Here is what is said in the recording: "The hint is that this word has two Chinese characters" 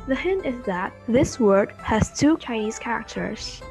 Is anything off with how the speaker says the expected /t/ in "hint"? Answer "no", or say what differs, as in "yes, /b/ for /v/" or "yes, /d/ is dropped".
no